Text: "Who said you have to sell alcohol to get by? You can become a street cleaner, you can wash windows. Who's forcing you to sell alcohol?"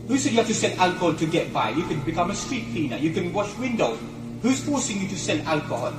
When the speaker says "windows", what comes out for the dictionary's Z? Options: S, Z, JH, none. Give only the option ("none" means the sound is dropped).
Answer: none